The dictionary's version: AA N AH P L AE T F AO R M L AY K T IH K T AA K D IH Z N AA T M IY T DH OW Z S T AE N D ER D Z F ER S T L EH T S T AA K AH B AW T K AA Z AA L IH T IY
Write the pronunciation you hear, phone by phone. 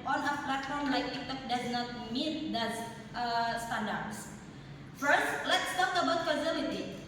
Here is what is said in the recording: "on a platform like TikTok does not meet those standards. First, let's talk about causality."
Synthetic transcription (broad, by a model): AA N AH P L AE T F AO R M L AY K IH T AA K D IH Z N AA T M IY T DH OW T S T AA N D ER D S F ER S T L EH T S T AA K AH B AW T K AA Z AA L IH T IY